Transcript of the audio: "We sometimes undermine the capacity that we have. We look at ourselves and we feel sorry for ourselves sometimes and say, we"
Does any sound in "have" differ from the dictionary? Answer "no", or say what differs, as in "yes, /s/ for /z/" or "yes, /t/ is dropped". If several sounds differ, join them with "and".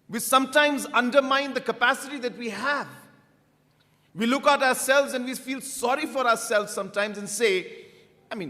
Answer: no